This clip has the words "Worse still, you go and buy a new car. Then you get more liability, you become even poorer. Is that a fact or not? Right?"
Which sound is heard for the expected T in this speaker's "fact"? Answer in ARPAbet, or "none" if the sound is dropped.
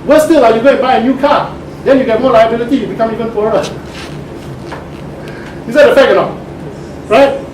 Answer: none